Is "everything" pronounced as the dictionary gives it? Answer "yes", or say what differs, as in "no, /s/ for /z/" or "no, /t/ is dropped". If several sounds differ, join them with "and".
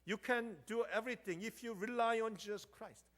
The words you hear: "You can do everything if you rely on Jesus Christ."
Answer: no, /t/ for /θ/